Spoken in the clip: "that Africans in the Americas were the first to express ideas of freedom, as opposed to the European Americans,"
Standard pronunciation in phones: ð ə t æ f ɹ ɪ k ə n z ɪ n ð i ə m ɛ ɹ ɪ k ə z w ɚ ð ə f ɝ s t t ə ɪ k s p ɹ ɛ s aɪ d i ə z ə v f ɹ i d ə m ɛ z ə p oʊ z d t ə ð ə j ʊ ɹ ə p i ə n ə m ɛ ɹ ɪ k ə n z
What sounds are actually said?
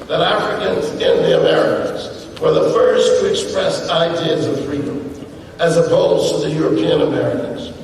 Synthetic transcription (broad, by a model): ð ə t æ f ɹ ɪ k ə n z ɪ n ð i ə m ɛ ɹ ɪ k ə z w ɚ ð ə f ɝ s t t ɪ k s p ɹ ɛ s aɪ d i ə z ə v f ɹ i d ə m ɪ z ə b oʊ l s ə ð ə j ʊ ɹ ə p i ə n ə m ɛ ɹ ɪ k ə n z